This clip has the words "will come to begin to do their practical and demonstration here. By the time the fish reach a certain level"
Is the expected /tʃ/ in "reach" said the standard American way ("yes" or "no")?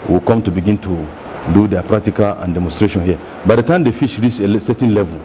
no